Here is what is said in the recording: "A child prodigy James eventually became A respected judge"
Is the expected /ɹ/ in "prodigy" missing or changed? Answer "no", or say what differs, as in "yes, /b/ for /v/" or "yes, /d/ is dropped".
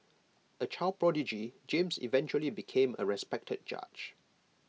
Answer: no